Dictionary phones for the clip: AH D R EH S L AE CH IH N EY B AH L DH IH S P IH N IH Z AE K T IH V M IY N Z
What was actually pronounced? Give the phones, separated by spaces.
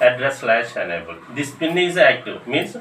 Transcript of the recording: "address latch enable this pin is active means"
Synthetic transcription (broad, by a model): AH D R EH S L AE SH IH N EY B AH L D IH S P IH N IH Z AE K T IH V M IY N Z